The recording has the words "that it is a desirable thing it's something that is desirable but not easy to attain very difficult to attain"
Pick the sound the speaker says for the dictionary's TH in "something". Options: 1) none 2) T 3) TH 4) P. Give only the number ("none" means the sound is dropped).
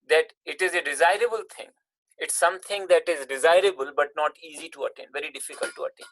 2